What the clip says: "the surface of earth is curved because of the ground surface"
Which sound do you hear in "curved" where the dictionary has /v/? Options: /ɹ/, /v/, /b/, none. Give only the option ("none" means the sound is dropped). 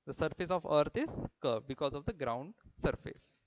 none